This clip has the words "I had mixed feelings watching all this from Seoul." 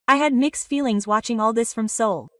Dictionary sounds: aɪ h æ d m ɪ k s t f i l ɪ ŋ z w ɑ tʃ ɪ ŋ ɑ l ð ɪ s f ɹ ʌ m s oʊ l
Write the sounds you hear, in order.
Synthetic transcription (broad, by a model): aɪ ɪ d m ɪ k s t f i l ɪ ŋ z w ɑ tʃ ɪ ŋ ɑ l ð ɪ s f ɹ ʌ m s oʊ l